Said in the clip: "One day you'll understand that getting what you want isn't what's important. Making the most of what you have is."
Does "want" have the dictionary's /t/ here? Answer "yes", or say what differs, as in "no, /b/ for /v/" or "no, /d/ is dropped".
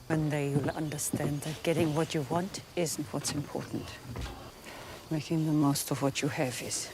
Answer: yes